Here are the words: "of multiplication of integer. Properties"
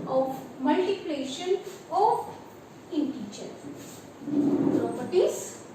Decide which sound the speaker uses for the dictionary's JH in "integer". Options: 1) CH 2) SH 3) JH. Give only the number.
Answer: 1